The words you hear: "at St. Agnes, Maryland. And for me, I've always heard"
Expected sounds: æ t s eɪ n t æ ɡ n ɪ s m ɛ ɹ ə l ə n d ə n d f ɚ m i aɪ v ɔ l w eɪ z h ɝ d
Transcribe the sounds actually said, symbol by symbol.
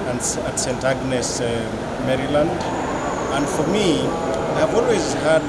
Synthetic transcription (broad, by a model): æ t s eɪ n t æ ɡ n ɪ s m ɛ ɹ ə l ə n d ə n d f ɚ m i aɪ v ɔ l w eɪ z h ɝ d